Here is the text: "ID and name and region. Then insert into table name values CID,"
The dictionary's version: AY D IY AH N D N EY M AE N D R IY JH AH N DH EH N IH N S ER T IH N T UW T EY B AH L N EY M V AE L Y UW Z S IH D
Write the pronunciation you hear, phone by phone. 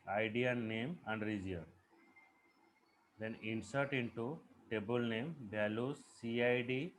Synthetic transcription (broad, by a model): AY D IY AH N N EY M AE N D R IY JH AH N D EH N IH N S ER T IH N T UW T EY B AH L N EY M B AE L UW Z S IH D